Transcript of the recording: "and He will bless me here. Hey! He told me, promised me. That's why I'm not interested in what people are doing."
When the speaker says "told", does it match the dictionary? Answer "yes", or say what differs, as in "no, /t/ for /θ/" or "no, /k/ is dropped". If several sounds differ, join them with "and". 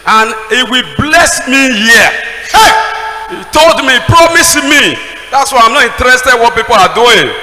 yes